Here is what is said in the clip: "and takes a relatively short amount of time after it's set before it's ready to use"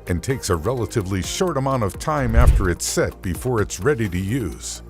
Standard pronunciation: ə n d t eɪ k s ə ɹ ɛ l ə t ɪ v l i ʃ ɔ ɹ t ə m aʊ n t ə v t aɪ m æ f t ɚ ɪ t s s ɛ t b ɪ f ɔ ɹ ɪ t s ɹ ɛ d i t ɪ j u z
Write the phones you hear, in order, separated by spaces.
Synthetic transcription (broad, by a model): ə n t eɪ k s ə ɹ ɛ l ə t ɪ v l i ʃ ɔ ɹ t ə m aʊ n t ə v t aɪ m æ f t ɚ ɪ t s s ɛ t b ɪ f ɔ ɹ ɪ t s ɹ ɛ d i t ɪ j u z